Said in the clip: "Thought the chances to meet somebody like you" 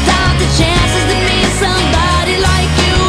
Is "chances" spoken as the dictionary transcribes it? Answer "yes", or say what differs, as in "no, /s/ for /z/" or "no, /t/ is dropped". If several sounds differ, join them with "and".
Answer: yes